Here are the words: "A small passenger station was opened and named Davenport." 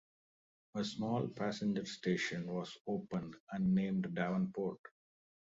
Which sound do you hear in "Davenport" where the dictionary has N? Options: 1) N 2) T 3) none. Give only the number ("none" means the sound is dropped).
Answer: 1